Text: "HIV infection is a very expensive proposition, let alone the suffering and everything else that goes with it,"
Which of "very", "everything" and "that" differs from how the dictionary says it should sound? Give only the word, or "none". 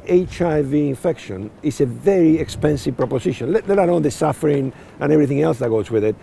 none